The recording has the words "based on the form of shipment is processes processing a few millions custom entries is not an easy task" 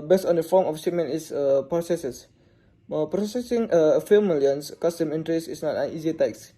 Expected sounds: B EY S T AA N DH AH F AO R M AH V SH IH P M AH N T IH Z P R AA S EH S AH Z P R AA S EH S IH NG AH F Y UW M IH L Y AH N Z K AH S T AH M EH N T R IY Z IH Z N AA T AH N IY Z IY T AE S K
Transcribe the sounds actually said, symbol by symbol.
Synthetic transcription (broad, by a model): B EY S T AA N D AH F AO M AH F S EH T M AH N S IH P R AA S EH S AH S P R AA S EH S IH NG AH F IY M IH L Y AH N S K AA S T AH M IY N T R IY S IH S N AA T AH N IY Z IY T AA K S